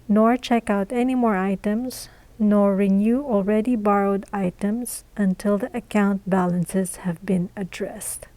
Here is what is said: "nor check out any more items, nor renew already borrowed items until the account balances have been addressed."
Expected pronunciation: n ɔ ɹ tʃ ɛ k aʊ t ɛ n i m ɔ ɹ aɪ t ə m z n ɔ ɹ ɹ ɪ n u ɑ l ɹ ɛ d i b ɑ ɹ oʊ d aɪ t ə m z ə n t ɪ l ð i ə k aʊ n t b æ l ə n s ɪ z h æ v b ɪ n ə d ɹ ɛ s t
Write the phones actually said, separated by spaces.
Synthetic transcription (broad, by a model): n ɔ ɹ tʃ ɛ k aʊ t ɛ n i m ɔ ɹ aɪ t ə m z n ɔ ɹ ɹ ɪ n u ɑ l ɹ ɛ d i b ɑ ɹ oʊ d aɪ t ə m z ə n t ɪ l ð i ə k aʊ n t b æ l ə n s ɪ z h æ v b ɪ n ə d ɹ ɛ s t